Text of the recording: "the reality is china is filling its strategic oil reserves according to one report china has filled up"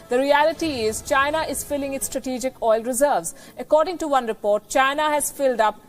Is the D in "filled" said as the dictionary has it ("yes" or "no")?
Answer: yes